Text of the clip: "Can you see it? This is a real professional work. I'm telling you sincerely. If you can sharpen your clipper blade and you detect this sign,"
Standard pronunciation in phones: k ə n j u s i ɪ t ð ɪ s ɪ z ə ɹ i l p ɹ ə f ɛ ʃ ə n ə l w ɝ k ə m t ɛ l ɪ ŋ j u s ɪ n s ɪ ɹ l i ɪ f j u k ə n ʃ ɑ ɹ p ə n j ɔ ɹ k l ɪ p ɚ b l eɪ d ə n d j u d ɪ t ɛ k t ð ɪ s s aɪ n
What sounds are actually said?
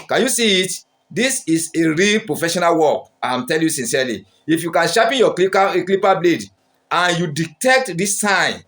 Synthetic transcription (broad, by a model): k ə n j u s i ɪ t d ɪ s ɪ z ə ɹ i l p ɹ ə f ɛ ʃ ə n ə l w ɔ k ə m t ɛ l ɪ j u s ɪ n s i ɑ l i ɪ f j u k ə n ʃ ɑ p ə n j ɔ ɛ k l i p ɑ b l eɪ d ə n j u d ɪ t ɛ k t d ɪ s s aɪ n